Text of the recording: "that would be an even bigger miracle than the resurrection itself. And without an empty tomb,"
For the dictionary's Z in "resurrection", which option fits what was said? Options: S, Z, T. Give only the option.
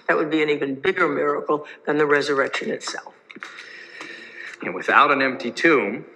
Z